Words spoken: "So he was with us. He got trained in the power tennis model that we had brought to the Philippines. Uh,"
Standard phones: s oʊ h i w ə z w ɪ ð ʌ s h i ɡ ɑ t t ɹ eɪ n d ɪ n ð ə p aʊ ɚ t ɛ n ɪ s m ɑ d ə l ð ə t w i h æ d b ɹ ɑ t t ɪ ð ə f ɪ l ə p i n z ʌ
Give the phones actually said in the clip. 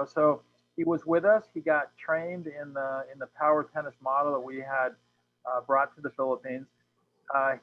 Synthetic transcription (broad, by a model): s oʊ h i w ə z w ɪ ð ʌ s h i ɡ ɑ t t ɹ eɪ n d ɪ n ð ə p aʊ ɚ t ɛ n ɪ s m ɑ d l ð ə t w i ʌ d b ɹ ɑ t t ɪ ð ə f ɪ l ə p i n z